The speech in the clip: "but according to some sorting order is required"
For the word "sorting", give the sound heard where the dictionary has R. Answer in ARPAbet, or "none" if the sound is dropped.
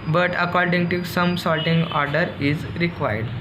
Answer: L